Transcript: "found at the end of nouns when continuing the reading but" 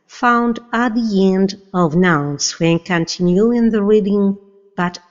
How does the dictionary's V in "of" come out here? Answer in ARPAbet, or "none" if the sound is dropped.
V